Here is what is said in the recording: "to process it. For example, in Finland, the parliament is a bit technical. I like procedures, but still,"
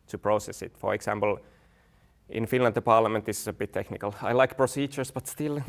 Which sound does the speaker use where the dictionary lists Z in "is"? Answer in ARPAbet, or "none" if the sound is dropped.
S